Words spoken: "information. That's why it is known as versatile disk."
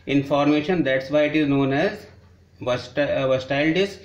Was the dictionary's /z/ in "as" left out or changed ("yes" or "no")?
no